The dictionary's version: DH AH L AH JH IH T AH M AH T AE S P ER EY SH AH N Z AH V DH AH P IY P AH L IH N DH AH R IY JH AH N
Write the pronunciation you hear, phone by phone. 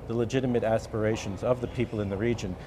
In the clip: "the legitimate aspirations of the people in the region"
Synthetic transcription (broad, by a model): DH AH L AH JH IH T AH M AH T AE S P ER EY SH AH N Z AH V DH AH P IY P L IH N DH AH R IY JH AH N